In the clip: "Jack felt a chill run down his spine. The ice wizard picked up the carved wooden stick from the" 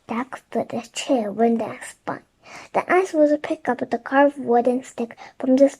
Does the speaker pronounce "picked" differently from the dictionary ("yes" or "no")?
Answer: yes